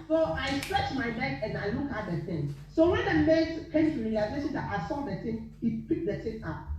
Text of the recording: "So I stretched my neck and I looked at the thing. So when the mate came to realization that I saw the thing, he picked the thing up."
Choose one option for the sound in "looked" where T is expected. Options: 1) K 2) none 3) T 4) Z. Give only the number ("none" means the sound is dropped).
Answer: 2